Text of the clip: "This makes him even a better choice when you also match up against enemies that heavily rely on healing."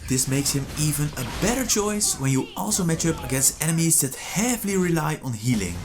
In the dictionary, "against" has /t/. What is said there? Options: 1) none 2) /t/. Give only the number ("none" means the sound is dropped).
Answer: 1